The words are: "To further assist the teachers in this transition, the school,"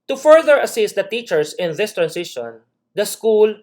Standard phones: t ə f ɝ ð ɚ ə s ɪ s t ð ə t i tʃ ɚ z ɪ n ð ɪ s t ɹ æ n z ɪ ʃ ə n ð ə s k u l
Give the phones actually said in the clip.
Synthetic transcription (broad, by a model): t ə f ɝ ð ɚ ə s ɪ s t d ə t i tʃ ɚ s ɪ n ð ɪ s t ɹ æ n s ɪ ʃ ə n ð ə s k u l